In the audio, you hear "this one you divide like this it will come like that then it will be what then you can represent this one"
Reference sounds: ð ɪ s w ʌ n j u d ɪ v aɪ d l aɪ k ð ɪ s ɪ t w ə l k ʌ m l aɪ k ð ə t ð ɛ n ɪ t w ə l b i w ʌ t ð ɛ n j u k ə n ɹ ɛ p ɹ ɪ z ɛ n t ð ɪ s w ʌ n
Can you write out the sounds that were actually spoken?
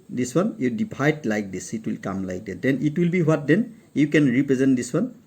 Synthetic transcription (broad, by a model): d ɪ s w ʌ n j u d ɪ b aɪ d l aɪ k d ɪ s ɪ t w ə l k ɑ m l aɪ k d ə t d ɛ n ɪ t w ə l b i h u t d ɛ n j u k ə n ɹ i p ɹ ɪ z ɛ n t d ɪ s w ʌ n